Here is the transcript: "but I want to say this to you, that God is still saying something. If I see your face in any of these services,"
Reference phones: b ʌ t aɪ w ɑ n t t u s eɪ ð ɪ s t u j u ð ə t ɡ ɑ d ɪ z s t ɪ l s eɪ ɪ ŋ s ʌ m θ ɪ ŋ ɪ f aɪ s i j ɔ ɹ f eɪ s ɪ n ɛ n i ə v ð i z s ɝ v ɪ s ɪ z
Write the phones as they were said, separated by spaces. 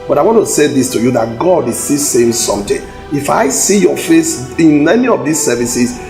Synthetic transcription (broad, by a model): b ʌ t aɪ w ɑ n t t u s eɪ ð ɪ s t u j u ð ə t ɡ ɑ d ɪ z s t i s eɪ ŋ s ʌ m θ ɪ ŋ ɪ f aɪ s i j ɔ f eɪ s ɪ n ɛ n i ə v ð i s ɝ v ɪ s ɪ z